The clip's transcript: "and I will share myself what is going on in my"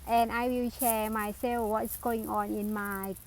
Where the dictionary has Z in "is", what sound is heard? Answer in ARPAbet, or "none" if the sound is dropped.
S